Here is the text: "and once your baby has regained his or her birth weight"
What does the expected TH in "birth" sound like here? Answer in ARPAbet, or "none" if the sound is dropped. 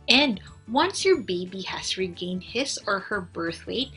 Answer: TH